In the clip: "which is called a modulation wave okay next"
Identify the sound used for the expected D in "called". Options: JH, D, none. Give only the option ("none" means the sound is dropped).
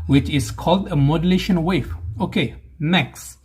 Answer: D